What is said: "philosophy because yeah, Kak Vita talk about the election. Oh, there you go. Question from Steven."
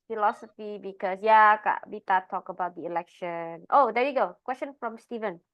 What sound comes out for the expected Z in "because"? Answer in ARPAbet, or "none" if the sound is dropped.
S